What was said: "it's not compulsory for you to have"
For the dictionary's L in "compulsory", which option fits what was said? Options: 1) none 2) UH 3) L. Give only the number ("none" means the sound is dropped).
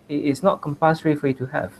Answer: 1